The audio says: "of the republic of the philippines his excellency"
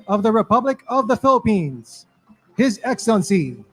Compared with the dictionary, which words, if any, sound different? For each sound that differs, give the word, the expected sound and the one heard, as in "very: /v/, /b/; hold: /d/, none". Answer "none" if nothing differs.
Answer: none